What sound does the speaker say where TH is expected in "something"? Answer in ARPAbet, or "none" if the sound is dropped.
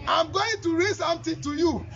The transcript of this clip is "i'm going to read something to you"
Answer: T